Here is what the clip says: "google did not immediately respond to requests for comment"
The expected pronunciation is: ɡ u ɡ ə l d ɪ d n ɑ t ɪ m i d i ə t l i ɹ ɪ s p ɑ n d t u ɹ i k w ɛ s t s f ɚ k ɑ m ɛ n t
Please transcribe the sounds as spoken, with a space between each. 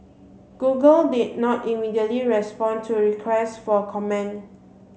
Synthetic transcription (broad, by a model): ɡ u ɡ ə l d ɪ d n ɑ t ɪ m i d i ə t l i ɹ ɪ s p ɑ n t u ɹ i k w ɛ s t f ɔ k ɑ m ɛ n